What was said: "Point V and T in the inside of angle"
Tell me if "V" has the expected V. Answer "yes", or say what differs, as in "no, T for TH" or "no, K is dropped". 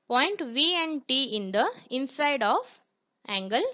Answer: yes